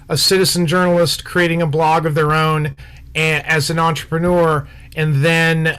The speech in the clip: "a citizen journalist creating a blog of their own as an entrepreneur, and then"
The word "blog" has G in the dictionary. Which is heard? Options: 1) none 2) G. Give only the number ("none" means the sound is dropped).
2